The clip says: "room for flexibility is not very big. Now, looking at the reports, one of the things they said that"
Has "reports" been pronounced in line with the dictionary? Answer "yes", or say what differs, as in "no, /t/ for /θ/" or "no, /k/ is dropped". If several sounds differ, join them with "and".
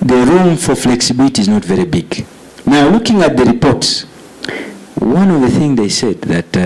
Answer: yes